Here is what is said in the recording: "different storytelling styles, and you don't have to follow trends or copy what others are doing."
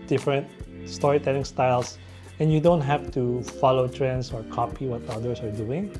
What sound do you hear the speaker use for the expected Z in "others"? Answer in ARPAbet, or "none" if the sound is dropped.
S